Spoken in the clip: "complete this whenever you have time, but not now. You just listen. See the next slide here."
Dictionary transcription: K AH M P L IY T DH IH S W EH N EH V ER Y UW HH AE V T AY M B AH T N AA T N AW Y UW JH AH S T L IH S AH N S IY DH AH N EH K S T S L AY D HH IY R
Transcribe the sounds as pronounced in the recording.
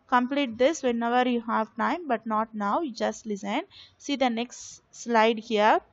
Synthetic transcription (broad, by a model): K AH M P L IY T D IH S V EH N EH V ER Y UW HH AE V T AY M B AH T N AA T N AW JH AH S T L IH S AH N S IY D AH N EH K S T S L AY D HH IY R